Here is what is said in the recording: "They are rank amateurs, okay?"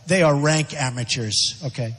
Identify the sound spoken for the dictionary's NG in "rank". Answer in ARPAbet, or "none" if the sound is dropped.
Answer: NG